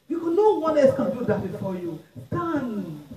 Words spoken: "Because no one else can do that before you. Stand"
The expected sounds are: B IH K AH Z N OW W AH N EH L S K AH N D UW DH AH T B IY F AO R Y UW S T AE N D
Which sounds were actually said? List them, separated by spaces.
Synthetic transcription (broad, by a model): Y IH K N OW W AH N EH S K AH D UW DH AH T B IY F AO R Y UW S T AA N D